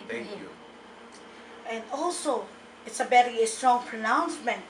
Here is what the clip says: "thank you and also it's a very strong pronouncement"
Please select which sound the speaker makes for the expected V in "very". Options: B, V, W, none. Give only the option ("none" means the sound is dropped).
B